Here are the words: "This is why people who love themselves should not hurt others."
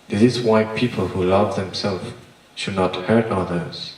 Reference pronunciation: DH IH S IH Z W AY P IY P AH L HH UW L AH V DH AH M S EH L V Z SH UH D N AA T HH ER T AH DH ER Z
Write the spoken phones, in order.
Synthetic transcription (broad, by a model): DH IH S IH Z W AY P IY P AH L HH UW L AH V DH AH M S EH L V SH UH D N AA T HH ER T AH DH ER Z